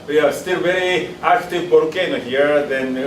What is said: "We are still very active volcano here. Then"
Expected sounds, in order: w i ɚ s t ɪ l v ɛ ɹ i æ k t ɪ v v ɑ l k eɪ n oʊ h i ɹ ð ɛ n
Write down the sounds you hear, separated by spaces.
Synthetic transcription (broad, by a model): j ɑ s t ɪ l v ɛ ɹ i æ k t ɪ v p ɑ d k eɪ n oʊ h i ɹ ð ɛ n